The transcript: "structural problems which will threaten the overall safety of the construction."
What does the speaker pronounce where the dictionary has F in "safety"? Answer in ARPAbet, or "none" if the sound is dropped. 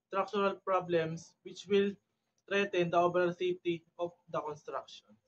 none